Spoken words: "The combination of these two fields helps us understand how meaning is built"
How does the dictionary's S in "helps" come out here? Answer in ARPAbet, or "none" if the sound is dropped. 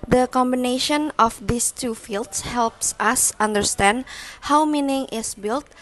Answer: S